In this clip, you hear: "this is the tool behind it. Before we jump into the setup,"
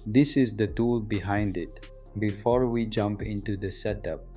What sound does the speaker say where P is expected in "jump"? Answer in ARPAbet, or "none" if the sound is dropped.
P